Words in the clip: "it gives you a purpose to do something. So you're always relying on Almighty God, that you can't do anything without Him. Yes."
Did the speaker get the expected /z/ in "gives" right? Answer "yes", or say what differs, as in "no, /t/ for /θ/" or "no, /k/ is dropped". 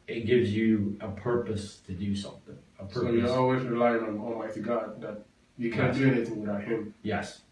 yes